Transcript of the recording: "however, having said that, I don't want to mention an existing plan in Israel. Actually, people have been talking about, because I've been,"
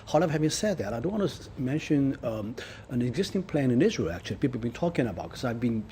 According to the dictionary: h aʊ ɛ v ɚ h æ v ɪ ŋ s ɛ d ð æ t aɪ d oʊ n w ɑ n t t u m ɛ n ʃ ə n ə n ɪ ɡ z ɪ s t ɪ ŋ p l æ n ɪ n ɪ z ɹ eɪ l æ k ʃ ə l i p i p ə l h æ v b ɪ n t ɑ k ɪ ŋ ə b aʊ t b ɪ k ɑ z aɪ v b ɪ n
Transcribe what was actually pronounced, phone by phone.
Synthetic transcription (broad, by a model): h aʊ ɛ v h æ v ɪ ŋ s ɛ d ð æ t aɪ d oʊ n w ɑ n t t u m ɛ n ʃ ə n ə n ɪ ɡ z ɪ s t ɪ ŋ p l æ n ɪ n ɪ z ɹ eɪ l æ k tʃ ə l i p i p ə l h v b ɪ n t ɑ k ɪ ŋ ə b aʊ t k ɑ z aɪ v b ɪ n